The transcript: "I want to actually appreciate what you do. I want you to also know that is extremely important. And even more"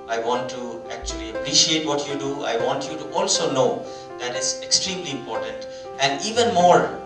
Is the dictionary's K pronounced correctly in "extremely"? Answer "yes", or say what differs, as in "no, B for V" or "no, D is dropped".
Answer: yes